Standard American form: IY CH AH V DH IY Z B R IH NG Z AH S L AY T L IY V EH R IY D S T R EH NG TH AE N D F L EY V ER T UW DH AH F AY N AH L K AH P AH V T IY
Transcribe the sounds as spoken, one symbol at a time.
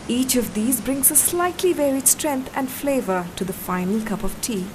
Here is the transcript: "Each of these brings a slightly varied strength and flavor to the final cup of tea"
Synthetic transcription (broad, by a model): IY CH AH V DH IY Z B R IH NG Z AH S L AY T L IY V EH R IY D S T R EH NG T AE N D F L EY V ER T UW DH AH F AY N AH L K AH P AH V T IY